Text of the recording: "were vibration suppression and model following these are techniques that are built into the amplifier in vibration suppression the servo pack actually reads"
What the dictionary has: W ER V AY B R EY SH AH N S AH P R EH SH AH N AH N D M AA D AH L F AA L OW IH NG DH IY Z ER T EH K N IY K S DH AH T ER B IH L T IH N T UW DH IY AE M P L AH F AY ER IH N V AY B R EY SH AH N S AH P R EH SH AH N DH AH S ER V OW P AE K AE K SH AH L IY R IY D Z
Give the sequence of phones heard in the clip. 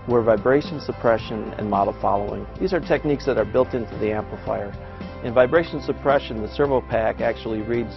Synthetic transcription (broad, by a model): W ER V AY B R EY SH AH N S AH P R EH SH AH N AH N M AA D L F AA L OW IH NG DH IY Z ER T EH K N IY K S DH AH T ER B IH L T IH N T UW DH IY AE M P L AH F AY ER IH N V AY B R EY SH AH N S AH P R EH SH AH N DH AH S ER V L P AE K AE K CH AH L IY R IY D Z